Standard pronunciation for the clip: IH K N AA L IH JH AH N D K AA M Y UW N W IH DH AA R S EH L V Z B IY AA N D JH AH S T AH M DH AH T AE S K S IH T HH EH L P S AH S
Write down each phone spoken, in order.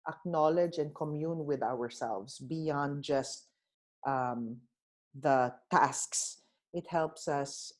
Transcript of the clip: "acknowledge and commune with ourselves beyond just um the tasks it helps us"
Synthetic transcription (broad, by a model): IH K N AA L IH JH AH N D K AA M Y UW N W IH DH AA R S EH L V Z B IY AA N D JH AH S T AH M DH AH T AE S K S IH T HH EH L P S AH S